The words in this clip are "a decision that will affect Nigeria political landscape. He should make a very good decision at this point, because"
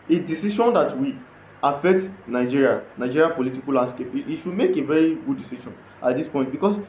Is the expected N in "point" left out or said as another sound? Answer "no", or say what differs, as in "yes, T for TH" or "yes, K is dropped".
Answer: yes, N is dropped